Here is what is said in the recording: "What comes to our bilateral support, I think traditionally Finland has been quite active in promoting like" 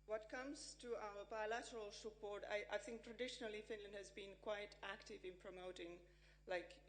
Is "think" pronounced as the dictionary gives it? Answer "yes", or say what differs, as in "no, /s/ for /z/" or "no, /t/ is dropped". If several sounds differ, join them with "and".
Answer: yes